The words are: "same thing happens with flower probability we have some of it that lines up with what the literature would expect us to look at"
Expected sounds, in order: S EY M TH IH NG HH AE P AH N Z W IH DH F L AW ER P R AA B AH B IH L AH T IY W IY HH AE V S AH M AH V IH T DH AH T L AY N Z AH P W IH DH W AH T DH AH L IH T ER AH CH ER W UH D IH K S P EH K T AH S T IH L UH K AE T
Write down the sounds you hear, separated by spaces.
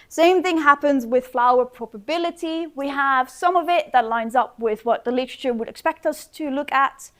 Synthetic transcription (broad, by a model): S EY M TH IH NG HH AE P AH N Z W IH DH F L AW ER P R AA B AH B IH L AH T IY W IY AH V S AH M AH V IH T DH AH T L AY N Z AH P W IH DH W AH T DH AH L IH T ER AH CH ER W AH D IH K S P EH K T AH S T IH L UH K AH T